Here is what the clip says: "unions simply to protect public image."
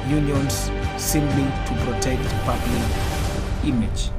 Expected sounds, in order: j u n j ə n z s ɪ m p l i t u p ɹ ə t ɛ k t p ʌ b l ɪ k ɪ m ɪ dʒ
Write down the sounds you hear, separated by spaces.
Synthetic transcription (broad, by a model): j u n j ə n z s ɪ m b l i t u p ɹ ə t ɛ k t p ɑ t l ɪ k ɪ m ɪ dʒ